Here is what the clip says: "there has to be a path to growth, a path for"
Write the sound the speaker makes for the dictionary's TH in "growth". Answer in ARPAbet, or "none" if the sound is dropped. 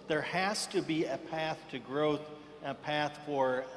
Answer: TH